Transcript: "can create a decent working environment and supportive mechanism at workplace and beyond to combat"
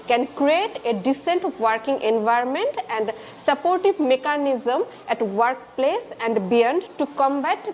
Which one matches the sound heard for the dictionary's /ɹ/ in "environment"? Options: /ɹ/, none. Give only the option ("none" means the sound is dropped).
/ɹ/